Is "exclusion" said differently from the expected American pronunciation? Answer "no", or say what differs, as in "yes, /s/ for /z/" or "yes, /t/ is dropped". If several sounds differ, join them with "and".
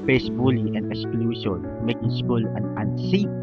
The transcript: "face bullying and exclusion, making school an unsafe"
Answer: yes, /s/ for /ʒ/